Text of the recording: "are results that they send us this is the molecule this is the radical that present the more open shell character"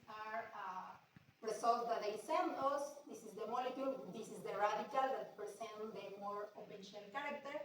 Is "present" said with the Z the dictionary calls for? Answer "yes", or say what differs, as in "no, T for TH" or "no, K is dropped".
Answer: no, S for Z